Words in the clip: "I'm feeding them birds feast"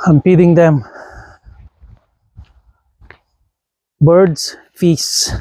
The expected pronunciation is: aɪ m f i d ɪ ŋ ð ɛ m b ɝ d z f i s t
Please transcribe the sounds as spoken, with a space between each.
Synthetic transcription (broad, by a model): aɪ m p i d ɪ ŋ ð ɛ m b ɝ d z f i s